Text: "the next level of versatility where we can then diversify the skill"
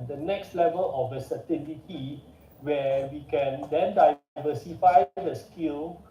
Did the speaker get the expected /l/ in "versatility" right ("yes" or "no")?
no